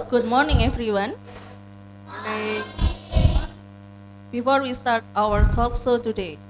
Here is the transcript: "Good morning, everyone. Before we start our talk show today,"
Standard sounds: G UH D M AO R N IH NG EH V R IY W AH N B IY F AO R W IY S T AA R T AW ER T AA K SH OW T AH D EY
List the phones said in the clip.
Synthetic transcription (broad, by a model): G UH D M AO R N IH NG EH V R IY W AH N B IY F AO R W IY S T AA R T AW ER T AA K S OW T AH D EY